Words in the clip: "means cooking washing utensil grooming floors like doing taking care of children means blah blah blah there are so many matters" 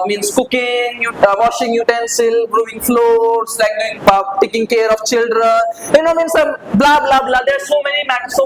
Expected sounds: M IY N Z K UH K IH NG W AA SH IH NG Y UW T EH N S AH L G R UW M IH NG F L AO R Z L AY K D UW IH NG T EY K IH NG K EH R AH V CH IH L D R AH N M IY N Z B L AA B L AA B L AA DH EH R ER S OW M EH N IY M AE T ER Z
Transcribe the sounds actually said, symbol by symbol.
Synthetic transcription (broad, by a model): M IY N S K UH K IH NG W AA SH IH NG Y UW T EH N S AH L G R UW IH NG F L AO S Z L AY K D UW IH NG T EY K IH NG K EH R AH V CH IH L D R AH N M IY N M B L AA B L AA B L AA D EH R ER S OW M EH N IY M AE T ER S